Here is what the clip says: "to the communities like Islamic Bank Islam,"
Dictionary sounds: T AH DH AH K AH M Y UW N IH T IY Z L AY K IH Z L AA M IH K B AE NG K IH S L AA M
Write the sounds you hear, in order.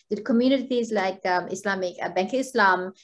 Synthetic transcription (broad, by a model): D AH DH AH K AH M Y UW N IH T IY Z L AY K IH S L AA M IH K B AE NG K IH S L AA M